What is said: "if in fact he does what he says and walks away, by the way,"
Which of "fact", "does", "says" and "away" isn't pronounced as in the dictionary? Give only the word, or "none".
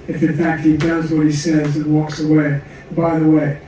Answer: none